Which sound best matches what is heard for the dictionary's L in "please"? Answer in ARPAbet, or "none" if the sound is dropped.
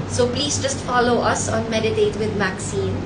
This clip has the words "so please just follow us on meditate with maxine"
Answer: L